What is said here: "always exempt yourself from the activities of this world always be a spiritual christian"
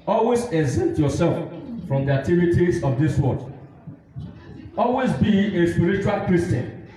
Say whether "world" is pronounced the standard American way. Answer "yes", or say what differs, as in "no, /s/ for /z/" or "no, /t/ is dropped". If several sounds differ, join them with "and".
no, /l/ is dropped